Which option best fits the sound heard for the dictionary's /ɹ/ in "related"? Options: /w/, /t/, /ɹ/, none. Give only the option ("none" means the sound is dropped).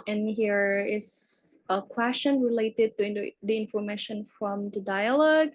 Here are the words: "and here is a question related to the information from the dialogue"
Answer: /ɹ/